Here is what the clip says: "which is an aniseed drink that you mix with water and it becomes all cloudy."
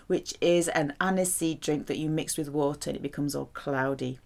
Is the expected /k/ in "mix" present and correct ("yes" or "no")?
yes